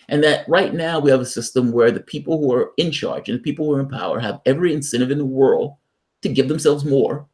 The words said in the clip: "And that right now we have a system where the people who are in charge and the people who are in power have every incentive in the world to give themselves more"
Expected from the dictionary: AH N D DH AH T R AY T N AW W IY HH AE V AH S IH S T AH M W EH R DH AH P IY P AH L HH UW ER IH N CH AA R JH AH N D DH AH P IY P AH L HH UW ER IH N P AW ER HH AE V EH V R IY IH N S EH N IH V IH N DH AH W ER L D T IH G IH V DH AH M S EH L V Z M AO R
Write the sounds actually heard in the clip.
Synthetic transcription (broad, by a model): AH N DH AH T R AY T N AW W IY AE V AH S IH S T AH M W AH R DH AH P IY P L HH UW ER IH N CH AA R JH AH N DH AH P IY P L HH UW ER IH N P AW ER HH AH V EH V R IY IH N S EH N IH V IH N DH AH W ER L D T IH G IH V DH AH M S EH L V Z M AO R